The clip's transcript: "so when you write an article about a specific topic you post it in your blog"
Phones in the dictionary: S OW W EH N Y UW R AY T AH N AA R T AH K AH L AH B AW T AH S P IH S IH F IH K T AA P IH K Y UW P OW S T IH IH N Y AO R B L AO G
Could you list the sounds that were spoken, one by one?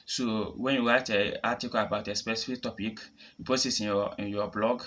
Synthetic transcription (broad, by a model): S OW W EH N Y UW W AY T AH AA T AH K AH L AH B AW T AH S P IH S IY F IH K T AA P IH K Y UW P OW S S IH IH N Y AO B L AO G